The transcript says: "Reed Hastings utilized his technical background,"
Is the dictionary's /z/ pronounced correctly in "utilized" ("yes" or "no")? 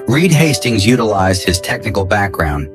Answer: yes